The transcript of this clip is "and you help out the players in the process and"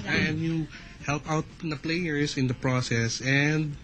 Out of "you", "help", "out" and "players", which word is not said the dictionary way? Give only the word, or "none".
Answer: players